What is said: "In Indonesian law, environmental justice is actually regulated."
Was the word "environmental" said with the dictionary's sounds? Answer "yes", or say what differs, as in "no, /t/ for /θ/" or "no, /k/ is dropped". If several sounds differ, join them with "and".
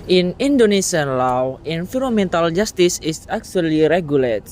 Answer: no, /f/ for /v/ and /n/ is dropped